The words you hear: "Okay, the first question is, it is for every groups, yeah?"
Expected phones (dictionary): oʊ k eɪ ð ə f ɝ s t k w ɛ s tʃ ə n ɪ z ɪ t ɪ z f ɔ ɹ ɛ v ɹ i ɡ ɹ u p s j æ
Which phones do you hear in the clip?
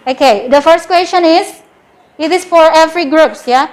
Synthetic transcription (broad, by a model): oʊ k eɪ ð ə f ɝ s t k w ɛ s tʃ ə n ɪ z ɪ t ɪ s f ɔ ɹ ɛ v ɹ i ɡ ɹ u p s j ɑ